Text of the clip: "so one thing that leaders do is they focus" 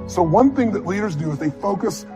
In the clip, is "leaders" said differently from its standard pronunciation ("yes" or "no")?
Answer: no